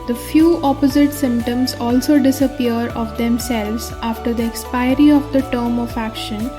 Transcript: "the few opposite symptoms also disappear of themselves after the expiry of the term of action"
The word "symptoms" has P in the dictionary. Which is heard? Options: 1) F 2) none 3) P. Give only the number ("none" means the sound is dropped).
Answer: 3